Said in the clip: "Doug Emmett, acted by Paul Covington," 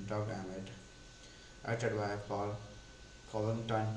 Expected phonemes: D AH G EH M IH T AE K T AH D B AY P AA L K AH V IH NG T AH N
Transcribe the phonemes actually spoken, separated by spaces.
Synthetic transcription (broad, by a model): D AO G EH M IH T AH T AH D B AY P AA L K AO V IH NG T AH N